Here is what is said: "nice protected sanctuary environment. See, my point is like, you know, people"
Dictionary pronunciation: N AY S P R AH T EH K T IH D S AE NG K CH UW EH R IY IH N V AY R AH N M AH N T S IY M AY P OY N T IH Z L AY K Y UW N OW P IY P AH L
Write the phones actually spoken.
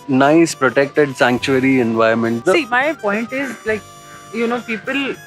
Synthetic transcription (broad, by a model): N AY S P R AH T EH K T IH D S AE NG K CH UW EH R IY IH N V AY AH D M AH N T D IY M AY P OY N T IH Z L AY K Y UW N OW P IY P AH L